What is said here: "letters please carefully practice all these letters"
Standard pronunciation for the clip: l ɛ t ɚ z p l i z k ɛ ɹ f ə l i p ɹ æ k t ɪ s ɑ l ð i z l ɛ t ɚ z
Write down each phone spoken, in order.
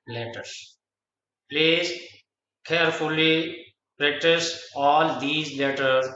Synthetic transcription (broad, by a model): l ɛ t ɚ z p l i z k ɛ ɹ f ə l i p ɹ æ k t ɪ s ɑ l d i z l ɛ t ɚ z